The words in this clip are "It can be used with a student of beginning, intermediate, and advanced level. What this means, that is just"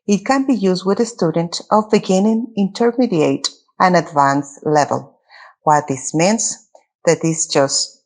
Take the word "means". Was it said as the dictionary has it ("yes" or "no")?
no